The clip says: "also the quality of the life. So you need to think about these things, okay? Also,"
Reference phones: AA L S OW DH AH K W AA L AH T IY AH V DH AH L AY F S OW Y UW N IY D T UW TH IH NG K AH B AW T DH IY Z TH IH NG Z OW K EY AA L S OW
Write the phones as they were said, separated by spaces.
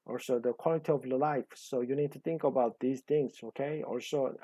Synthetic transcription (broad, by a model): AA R S OW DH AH K W AA L AH T IY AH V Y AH L AY F S OW Y UW N IY D T UW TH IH NG K AH B AW T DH IY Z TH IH NG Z OW K EY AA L S OW